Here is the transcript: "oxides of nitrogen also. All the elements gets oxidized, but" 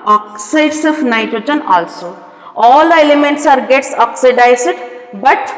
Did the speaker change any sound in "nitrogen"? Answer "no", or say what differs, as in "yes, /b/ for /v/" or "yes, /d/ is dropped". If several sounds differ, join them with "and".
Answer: yes, /ɹ/ is dropped